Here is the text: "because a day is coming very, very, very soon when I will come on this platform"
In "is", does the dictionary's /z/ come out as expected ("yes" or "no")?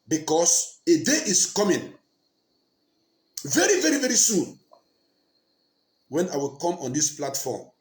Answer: no